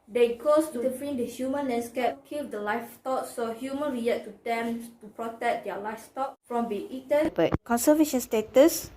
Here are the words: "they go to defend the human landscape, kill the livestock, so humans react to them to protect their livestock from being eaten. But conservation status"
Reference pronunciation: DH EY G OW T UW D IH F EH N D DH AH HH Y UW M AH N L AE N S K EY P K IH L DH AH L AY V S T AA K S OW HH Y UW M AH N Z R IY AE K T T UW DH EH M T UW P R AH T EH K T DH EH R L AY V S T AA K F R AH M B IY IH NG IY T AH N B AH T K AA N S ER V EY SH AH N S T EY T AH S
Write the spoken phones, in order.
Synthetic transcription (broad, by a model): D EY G OW T UW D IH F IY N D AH HH Y UW M AH N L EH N S K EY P K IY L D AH L AY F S T AA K S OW HH Y UW M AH N R IY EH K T T UW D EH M T UW P R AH T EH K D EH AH L AY F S T AA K F R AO M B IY IY T AH N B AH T K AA N S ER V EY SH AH N S T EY T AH S